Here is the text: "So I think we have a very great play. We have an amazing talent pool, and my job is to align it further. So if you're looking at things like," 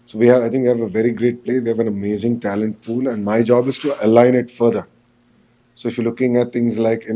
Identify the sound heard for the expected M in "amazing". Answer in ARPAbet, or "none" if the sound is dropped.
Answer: M